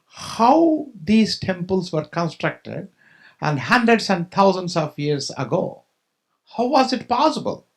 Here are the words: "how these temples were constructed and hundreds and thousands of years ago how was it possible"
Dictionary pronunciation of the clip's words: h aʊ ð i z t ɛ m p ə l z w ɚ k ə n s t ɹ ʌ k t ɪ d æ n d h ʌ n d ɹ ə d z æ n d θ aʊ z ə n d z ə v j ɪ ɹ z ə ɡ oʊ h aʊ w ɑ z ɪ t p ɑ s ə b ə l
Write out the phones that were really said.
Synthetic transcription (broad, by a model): h aʊ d i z t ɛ m p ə l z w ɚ k ə n s t ɹ ʌ k t ɪ d æ n d h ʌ n d ɹ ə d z æ n d t aʊ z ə n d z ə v j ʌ ɹ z ə ɡ oʊ h aʊ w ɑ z ɪ t p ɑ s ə b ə l